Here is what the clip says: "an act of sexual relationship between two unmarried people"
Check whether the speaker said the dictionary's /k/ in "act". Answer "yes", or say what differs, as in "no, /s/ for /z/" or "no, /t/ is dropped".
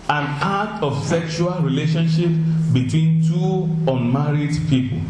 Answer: no, /k/ is dropped